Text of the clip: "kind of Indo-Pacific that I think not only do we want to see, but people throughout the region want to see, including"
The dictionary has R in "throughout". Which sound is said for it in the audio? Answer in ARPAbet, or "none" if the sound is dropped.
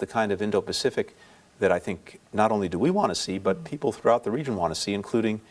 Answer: R